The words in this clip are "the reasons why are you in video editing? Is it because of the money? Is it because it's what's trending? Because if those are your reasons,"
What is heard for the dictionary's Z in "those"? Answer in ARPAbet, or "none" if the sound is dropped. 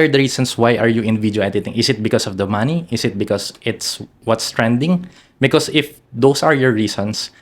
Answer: S